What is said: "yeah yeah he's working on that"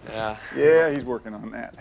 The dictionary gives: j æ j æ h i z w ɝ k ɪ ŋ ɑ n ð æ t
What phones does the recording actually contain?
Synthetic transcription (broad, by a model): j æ j æ h i z w ɝ k ɪ ŋ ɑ n ð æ t